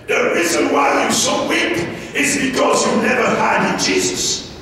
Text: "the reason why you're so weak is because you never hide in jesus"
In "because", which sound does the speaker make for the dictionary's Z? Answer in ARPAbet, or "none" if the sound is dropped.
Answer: Z